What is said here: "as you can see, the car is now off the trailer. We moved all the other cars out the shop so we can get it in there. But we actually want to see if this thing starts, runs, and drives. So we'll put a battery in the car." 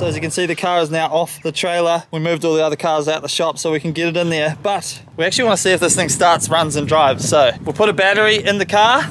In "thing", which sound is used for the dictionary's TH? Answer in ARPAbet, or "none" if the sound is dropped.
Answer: TH